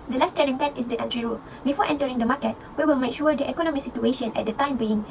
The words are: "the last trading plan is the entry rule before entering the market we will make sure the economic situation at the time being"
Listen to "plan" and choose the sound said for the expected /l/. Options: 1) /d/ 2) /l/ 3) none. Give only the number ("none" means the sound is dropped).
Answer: 3